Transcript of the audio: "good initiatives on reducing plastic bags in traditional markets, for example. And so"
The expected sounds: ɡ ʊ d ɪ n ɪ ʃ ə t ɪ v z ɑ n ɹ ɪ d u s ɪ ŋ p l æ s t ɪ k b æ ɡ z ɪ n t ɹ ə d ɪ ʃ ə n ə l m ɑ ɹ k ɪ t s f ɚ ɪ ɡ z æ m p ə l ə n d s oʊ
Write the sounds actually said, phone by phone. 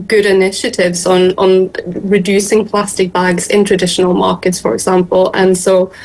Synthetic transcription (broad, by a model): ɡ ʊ d ɪ n ɪ ʃ ə t ɪ v z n n ɹ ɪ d u s ɪ ŋ p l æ s t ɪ k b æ ɡ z ɪ n t ɹ ə d ɪ ʃ ə n ə l m ɑ ɹ k ɪ t s f ɚ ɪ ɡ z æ m p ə l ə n s oʊ